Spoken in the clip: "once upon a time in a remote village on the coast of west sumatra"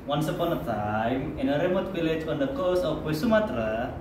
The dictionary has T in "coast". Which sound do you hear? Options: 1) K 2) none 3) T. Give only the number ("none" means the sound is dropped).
2